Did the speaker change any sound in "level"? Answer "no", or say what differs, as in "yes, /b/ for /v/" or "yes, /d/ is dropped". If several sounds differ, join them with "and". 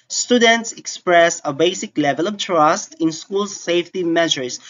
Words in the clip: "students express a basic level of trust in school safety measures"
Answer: no